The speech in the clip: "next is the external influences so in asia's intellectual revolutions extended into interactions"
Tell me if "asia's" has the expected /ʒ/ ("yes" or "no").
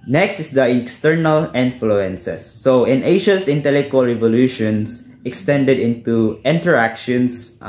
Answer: no